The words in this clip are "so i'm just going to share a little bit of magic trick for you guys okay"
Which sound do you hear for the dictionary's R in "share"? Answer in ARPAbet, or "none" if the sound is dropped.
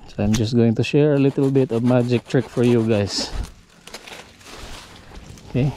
R